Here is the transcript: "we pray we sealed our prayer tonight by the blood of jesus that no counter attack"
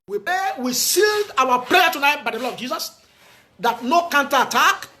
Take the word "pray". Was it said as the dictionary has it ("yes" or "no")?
no